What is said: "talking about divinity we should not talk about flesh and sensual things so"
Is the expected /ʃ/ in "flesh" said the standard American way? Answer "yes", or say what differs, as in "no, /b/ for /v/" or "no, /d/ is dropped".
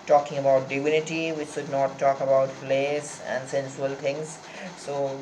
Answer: no, /s/ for /ʃ/